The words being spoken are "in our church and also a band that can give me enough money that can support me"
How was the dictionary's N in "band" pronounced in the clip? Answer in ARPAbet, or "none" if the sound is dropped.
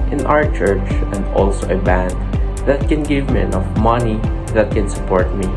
N